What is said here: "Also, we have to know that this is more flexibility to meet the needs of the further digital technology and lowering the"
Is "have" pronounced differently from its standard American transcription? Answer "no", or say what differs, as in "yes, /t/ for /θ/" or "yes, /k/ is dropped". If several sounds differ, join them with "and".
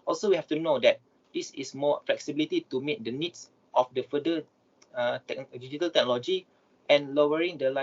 yes, /f/ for /v/